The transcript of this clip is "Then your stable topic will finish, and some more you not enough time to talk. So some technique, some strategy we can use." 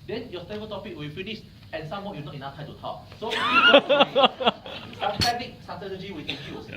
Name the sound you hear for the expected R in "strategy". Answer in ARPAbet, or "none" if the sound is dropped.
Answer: none